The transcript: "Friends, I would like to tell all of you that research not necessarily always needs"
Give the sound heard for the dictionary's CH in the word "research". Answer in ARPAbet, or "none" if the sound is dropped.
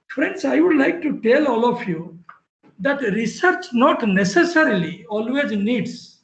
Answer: CH